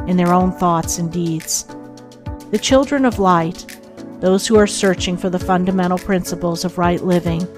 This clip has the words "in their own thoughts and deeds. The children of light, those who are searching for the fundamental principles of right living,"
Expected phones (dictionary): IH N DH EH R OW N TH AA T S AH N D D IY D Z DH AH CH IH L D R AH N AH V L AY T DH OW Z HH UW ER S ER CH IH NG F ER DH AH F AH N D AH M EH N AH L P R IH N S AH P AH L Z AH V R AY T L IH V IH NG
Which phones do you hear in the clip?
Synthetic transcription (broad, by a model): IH N DH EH R OW N TH AA T S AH N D D IY D Z DH AH CH IH L D R AH N AH V L AY T DH OW Z HH UW ER S ER CH IH NG F ER DH AH F AH N D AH M EH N L P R IH N S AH P L Z AH V R AY T L IH V IH NG